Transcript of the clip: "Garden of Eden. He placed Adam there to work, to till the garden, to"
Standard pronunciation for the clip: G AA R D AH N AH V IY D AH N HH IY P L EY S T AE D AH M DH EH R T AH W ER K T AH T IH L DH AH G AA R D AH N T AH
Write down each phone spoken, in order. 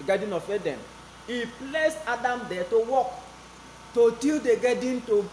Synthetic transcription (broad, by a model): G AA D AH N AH F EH D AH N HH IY P L EY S AA D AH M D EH T AH W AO K T AH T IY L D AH G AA D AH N T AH